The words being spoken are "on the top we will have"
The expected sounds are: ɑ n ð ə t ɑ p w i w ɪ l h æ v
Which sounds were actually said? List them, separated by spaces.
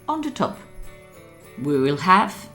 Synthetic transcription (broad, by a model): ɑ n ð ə t ɑ p w i w ɪ l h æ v